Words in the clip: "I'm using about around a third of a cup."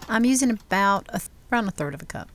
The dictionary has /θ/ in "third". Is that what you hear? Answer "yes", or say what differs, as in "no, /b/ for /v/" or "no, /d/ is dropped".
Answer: yes